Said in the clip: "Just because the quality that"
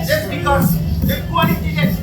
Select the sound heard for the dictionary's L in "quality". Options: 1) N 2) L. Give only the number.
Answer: 1